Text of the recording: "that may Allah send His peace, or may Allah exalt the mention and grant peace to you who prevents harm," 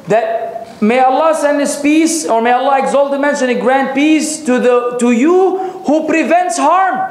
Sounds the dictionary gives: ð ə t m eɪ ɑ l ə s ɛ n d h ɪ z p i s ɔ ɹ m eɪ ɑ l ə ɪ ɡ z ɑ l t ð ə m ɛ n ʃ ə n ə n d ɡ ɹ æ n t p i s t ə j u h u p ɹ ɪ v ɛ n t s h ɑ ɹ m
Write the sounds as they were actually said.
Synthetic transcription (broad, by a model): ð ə t m eɪ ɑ l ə s ɛ n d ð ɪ s p i s ɔ ɹ m eɪ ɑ l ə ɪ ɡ z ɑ l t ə m ɛ n ʃ ə n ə ɡ ɹ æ n p i s t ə j u h u p ɹ ɪ v ɛ n t s h ɑ ɹ m